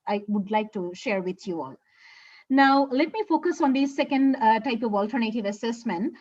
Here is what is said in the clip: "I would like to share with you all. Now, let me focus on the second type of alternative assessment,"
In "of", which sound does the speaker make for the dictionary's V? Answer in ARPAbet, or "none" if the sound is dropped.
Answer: V